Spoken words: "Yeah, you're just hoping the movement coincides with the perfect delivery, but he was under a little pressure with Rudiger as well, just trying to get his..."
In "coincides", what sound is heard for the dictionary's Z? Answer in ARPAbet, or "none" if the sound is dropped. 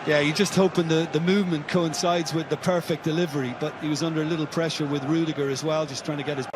Z